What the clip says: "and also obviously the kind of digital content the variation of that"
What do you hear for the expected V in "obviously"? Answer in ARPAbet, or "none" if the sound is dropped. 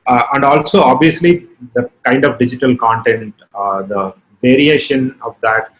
V